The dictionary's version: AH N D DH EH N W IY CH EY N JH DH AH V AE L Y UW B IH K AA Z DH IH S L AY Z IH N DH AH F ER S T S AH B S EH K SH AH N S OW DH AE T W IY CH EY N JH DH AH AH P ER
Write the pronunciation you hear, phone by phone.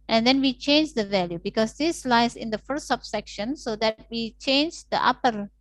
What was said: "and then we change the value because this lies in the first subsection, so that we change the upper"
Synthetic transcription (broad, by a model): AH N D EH N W IY CH EY N JH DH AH V AE L Y UW B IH K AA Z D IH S L AY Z IH N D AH F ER T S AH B S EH K SH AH N S OW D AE T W IY CH EY N JH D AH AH P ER